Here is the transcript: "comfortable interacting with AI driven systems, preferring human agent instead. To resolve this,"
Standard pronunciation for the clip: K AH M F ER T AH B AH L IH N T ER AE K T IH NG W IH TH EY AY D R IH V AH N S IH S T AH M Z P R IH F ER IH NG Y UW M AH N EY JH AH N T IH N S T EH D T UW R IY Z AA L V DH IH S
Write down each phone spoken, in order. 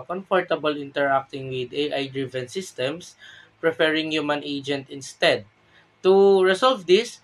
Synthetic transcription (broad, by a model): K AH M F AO T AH B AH L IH N T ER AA K T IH NG W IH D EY AY D R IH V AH N S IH S T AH M S P R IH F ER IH NG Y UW M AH N EY JH AH N T IH N S T EH D T UW R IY S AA L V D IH S